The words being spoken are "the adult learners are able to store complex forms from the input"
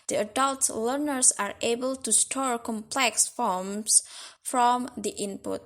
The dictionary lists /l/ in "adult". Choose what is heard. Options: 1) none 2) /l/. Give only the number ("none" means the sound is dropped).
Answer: 2